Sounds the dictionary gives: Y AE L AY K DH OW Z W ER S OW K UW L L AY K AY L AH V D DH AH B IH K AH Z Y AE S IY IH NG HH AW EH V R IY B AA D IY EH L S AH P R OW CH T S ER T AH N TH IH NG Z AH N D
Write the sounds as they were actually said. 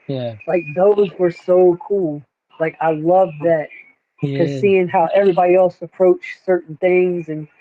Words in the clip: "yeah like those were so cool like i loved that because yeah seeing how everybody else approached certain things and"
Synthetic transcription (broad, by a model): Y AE L AY K DH OW Z W ER S OW K UW L L AY K AY L AH V DH AH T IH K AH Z S IY IH NG HH AW EH V R IY B AA D IY EH L S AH P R OW CH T S ER T N TH IH NG Z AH N